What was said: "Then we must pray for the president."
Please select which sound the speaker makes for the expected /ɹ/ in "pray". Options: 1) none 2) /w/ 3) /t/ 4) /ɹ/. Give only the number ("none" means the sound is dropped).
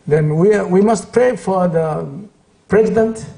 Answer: 4